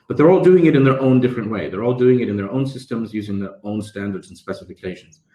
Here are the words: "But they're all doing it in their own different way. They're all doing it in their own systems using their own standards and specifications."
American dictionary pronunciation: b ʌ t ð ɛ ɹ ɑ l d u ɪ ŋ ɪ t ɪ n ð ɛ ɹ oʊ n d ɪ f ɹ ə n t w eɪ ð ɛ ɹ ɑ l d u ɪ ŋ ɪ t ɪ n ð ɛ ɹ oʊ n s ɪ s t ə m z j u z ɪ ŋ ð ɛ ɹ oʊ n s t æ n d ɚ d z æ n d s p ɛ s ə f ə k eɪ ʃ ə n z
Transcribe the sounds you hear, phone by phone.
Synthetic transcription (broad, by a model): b ʌ t ð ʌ ɹ ɑ l d u ɪ ŋ ɪ t ɪ n ð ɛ ɹ oʊ n d ɪ f ɹ ə n t w eɪ ð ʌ ɹ ɑ l d u ɪ ŋ ɪ t ɪ n ð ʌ ɹ oʊ n s ɪ s t ə m z j u z ɪ ŋ ð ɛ ɹ oʊ n s t æ n d ɚ d z n s p ɛ s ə f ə k eɪ ʃ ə n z